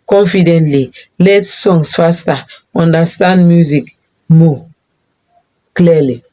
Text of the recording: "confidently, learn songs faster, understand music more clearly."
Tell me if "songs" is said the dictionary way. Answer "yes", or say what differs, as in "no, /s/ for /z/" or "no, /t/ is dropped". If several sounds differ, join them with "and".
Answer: no, /s/ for /z/